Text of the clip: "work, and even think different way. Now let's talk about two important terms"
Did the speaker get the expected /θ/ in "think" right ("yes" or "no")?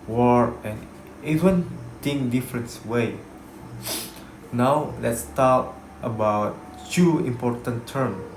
no